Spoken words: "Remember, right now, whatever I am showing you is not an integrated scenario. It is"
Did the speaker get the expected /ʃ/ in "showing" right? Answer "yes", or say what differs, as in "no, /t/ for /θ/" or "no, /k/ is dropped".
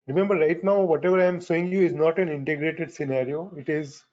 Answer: no, /s/ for /ʃ/